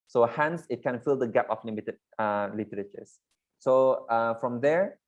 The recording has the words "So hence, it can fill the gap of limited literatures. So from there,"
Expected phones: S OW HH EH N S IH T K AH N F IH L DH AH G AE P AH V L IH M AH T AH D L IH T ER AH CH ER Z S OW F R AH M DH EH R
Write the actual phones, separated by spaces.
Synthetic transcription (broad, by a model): S OW HH EH N S IH T K AH N F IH L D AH G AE P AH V L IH M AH T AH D L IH T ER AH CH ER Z S OW F R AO M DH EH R